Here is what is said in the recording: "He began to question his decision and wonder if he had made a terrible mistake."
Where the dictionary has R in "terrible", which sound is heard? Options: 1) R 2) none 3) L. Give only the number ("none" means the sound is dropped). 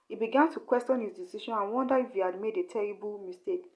1